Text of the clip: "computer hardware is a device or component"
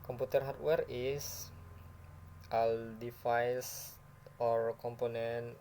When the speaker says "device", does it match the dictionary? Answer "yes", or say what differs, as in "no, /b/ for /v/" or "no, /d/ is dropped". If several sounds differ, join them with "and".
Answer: no, /f/ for /v/